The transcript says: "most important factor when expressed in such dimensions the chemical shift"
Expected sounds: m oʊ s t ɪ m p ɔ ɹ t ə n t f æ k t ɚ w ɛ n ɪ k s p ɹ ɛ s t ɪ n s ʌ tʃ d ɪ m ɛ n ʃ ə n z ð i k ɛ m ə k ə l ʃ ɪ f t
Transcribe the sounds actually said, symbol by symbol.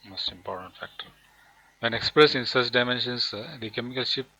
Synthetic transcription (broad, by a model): m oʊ s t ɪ m p ɔ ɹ t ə n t f æ k t ɚ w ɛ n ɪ k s p ɹ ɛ s ɪ n s ʌ tʃ d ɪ m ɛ n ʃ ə n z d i k ɛ m ə k ə l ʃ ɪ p